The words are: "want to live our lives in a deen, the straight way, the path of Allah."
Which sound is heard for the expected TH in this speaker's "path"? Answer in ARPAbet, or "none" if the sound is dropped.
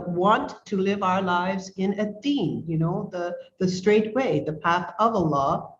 TH